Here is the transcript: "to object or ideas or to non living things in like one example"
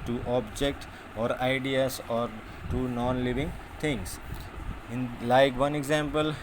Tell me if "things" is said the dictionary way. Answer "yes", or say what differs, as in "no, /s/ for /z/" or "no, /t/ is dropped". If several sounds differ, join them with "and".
no, /t/ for /θ/